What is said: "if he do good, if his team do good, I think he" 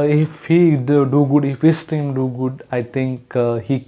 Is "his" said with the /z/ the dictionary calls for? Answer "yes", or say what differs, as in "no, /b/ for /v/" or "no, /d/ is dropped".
no, /s/ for /z/